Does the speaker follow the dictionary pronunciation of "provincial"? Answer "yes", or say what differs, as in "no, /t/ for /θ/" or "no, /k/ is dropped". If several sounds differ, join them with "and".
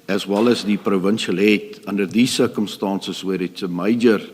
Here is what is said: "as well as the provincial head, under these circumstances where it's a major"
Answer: yes